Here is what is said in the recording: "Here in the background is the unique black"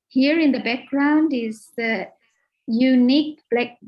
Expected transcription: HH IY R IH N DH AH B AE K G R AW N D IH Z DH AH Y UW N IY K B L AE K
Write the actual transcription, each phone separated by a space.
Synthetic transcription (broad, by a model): HH IY R IH N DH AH B AE K G R AW N D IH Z DH AH Y UW N IY K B L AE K